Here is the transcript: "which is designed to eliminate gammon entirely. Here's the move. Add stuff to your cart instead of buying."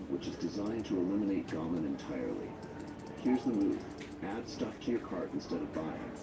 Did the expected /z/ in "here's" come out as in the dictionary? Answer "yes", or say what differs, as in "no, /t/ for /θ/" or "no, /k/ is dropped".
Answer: yes